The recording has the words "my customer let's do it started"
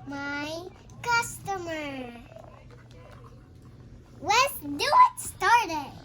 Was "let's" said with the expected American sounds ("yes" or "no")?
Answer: no